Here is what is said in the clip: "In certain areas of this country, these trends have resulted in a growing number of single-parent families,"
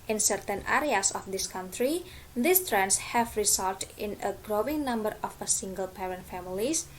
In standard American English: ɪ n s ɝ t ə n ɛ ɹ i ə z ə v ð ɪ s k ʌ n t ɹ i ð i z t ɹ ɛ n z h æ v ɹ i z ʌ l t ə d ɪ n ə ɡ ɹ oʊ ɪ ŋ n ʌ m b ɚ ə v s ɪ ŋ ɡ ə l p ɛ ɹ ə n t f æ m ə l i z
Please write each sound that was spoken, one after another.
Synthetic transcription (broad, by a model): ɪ n s ɝ t ə n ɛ ɹ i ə s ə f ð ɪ s k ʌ n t ɹ i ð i s t ɹ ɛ n s h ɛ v ɹ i s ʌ l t ɪ n ə ɡ ɹ oʊ ɪ ŋ n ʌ m b ɚ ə f s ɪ ŋ ɡ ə l p ɛ ɹ ə n t f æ m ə l i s